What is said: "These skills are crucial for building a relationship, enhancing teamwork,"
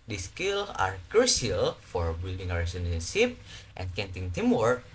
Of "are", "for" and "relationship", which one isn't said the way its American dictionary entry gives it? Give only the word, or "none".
relationship